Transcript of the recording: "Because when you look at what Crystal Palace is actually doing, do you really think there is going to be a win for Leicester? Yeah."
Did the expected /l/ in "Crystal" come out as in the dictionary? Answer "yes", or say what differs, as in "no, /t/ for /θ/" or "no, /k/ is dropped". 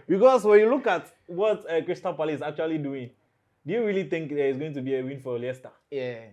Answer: no, /n/ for /l/